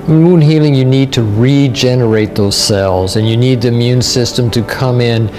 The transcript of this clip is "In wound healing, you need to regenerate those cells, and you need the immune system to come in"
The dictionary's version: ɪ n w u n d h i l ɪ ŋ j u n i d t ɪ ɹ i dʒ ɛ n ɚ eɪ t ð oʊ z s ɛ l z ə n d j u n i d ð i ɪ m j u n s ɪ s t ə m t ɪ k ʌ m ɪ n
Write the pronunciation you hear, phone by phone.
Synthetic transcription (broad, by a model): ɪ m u n h i l ɪ ŋ j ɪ n i d t ɪ ɹ i dʒ ɛ n ɚ eɪ t ð oʊ z s ɛ l z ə n j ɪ n i d ð i ɪ m j u n s ɪ s t ə m t ɪ k ʌ m ɪ n